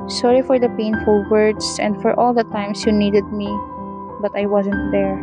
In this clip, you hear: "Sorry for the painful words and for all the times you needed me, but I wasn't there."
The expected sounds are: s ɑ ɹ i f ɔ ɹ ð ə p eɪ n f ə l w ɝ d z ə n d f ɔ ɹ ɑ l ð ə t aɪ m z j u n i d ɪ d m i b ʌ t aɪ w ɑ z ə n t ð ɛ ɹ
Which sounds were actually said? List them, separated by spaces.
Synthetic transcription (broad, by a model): s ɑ ɹ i f ɔ ɹ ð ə p eɪ n f ə l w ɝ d s ə n d f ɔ ɹ ɑ l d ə t aɪ m s j u n i d ɪ d m i b ʌ t aɪ w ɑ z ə n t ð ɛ ɹ